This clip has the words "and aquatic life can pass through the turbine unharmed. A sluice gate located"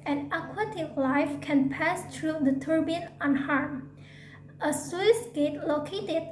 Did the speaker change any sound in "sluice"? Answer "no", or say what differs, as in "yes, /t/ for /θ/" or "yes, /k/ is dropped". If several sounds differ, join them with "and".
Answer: yes, /w/ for /l/